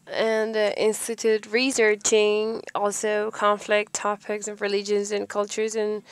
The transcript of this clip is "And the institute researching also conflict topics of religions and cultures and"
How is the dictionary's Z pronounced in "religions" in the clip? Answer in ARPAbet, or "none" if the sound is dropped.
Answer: Z